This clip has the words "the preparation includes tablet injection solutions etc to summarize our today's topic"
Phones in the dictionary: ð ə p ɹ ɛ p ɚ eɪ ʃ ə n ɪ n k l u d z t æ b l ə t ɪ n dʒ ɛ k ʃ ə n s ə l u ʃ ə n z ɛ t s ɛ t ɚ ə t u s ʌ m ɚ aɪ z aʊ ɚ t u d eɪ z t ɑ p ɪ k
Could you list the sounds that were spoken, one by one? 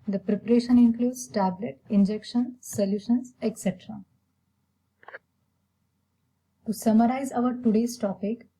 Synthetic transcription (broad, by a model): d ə p ɹ ɛ p ɚ eɪ ʃ ə n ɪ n k l u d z t æ b l ə t ɪ n dʒ ɛ k ʃ ə n s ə l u ʃ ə n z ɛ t s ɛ t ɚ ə t u s ʌ m ɚ aɪ z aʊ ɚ t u d eɪ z t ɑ p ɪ k